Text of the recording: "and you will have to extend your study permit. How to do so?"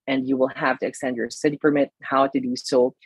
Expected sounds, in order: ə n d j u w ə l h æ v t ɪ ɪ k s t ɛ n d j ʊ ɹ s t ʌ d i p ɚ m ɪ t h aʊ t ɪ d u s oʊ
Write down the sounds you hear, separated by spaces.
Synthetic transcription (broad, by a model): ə n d j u w ə l h æ v t ɪ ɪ k s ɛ n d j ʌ ɹ s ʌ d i f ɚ m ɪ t h aʊ t ɪ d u s oʊ